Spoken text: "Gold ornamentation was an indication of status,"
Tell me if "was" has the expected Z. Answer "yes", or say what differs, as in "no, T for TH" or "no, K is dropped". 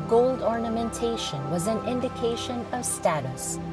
yes